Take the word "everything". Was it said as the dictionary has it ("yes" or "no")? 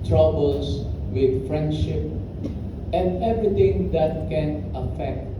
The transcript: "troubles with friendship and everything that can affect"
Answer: no